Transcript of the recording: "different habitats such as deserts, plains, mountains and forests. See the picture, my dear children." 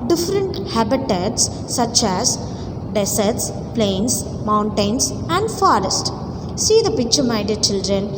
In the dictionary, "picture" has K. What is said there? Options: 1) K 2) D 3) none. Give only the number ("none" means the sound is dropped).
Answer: 1